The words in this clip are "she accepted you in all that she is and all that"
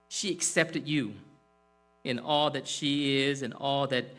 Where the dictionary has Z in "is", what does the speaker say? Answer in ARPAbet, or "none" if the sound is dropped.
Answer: Z